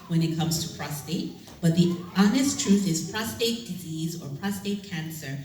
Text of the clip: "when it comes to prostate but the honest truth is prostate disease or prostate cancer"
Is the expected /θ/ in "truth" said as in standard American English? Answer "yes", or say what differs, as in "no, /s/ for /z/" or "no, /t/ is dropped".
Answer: yes